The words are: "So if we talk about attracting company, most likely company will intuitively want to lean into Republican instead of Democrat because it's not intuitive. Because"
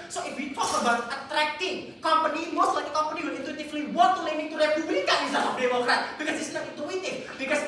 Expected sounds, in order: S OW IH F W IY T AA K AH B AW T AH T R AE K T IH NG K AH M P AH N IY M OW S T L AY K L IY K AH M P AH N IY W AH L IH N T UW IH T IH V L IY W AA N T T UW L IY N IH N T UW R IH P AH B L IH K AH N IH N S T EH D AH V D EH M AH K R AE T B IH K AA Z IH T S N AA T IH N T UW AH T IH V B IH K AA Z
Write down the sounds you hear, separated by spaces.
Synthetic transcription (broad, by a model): S OW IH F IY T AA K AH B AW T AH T R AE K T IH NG K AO M P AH N IY M OW S T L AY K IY K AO M P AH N IY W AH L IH N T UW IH T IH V L IY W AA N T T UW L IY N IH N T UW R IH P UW B L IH K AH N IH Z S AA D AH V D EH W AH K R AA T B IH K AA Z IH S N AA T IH N T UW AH T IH F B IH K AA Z